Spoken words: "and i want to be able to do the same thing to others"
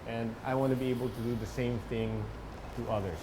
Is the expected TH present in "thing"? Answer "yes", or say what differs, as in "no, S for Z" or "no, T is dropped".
yes